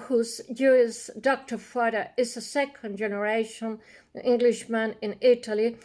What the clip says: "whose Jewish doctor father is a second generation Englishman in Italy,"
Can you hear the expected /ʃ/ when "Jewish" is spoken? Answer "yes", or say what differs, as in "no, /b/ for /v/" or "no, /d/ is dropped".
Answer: no, /s/ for /ʃ/